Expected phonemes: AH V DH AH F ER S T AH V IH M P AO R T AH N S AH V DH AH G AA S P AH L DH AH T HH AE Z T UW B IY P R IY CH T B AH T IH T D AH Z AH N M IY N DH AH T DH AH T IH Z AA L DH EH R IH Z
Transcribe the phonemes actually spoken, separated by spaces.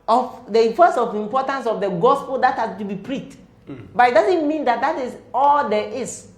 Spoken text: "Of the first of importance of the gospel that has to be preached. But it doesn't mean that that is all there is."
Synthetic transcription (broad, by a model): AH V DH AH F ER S AH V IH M P AO T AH N S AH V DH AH G AA S P AH L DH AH T HH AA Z T UW B IY P R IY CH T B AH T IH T D AH Z AH N M IY N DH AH T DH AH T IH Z AA L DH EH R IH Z